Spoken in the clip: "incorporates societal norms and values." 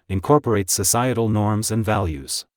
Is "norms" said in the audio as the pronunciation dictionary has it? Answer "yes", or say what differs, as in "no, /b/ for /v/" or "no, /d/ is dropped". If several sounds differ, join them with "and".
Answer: yes